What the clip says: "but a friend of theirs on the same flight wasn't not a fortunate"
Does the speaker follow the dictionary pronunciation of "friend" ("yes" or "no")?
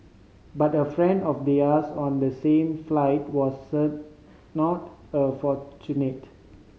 yes